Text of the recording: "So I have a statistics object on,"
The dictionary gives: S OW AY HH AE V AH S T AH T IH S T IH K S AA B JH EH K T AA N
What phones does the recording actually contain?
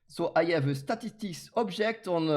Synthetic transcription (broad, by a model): S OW AY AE V AH S T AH T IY S T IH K S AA B ZH EH K T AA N